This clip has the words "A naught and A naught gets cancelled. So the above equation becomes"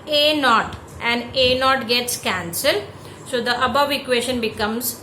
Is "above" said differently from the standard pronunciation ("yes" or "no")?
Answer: no